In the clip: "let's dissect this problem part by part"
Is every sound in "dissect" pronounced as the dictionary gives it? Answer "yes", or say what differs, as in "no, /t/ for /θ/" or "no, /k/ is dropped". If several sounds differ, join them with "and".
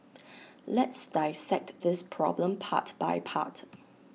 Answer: yes